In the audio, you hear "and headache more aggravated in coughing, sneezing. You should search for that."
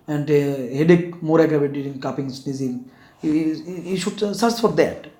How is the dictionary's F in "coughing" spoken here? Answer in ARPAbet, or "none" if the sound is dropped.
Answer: P